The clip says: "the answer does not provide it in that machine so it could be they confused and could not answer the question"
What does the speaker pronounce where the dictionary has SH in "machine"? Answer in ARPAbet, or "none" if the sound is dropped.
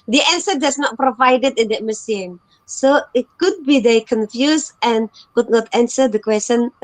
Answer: S